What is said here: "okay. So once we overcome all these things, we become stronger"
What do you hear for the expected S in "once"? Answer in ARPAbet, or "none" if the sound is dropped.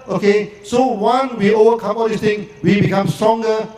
none